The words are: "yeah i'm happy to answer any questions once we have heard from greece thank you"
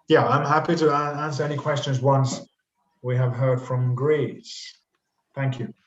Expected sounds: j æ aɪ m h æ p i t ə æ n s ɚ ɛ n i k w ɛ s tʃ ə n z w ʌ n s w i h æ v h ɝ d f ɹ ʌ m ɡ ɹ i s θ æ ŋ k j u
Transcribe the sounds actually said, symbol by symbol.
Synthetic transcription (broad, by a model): j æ aɪ m h æ p i t ə æ n s ɚ ɛ n i k w ɛ s tʃ ə n z w ʌ n s w i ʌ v h ɝ d f ɹ ʌ m ɡ ɹ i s θ æ ŋ k j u